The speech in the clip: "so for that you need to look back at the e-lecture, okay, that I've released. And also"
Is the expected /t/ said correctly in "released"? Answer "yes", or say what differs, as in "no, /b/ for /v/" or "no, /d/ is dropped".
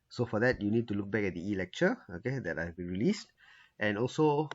yes